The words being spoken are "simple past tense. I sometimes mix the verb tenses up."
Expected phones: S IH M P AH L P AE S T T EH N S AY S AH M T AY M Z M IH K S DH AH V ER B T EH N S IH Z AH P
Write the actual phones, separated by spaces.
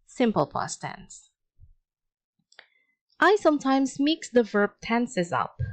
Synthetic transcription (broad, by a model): S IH M P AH L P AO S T T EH N S AY S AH M T AY M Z M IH K S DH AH V ER B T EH N S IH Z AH P